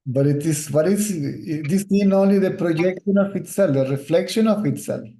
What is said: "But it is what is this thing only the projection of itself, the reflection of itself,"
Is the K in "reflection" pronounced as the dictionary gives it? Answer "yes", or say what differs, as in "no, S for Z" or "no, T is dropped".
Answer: yes